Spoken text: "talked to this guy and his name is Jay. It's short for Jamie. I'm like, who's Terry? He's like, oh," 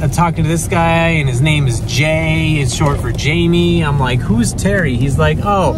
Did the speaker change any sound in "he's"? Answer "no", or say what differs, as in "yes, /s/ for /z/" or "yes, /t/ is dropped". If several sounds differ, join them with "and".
no